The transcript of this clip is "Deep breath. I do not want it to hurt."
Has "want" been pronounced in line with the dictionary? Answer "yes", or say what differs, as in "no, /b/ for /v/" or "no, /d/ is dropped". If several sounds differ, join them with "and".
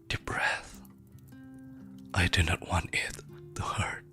yes